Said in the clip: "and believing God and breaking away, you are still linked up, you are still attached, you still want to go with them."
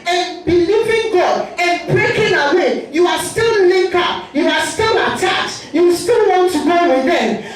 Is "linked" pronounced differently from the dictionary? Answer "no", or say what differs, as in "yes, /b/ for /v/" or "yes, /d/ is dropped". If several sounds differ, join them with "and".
yes, /t/ is dropped